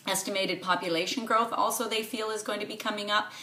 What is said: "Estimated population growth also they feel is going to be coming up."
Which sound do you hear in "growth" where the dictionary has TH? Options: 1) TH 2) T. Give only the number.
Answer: 1